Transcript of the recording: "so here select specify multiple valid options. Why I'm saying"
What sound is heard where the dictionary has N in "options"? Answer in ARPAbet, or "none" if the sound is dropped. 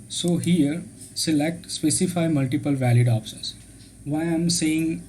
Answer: none